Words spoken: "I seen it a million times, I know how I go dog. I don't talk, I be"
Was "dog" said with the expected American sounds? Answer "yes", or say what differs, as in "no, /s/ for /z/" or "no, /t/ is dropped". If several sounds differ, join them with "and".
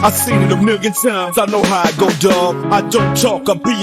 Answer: no, /ɡ/ is dropped